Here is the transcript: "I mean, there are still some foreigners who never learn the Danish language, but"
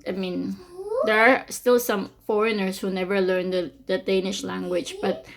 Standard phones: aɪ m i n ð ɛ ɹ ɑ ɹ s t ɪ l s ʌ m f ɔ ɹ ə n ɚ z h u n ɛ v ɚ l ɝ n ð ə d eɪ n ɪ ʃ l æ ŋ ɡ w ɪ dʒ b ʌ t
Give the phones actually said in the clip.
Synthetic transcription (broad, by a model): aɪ m i n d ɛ ɹ ɑ ɹ s t ɪ l s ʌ m f ɔ ɹ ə n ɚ s h u n ɛ v ɚ l ɝ n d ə d eɪ n ɪ ʃ l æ ŋ ɡ w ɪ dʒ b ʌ t